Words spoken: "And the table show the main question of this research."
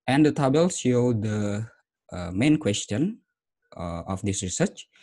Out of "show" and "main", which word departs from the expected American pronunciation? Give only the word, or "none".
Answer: show